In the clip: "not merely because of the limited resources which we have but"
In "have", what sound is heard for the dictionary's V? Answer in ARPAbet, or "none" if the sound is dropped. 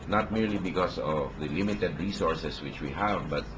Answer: V